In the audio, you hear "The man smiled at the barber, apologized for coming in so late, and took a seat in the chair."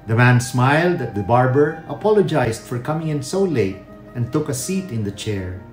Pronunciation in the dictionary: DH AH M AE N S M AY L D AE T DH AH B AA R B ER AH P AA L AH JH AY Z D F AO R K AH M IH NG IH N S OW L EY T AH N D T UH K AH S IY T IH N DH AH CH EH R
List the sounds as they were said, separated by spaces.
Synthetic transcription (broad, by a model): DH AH M AE N S M AY L D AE T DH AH B AA R B ER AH P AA L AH JH AY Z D F AO R K AH M IH NG IH N S OW L EY T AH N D T UH K AH S IY T IH N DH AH CH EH R